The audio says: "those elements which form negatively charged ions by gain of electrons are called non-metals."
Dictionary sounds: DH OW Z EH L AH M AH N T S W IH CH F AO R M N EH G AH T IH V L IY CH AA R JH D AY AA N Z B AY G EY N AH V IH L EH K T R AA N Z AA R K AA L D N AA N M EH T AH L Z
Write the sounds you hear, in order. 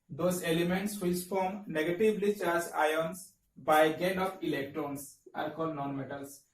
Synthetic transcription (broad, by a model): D OW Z EH L AH M AH N T S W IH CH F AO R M N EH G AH T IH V L IY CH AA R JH AY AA N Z B AY G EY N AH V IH L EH K T R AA N S AA R K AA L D N AA N M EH T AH L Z